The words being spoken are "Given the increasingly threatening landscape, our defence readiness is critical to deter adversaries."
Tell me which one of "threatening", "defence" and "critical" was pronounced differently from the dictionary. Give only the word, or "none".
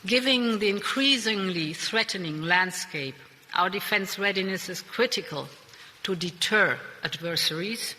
none